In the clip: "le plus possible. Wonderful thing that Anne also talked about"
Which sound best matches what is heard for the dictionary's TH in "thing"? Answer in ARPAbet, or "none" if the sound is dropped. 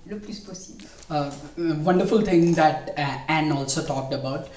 T